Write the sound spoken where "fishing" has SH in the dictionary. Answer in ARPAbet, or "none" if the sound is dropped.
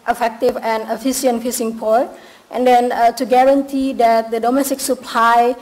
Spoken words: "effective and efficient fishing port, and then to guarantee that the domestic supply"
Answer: S